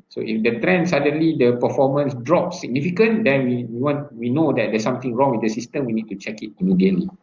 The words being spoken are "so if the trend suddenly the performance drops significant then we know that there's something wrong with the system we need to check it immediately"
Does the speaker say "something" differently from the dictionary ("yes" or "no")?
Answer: yes